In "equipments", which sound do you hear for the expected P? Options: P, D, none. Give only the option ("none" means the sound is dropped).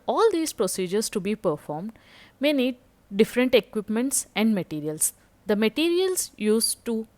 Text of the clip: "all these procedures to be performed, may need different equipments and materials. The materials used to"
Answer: P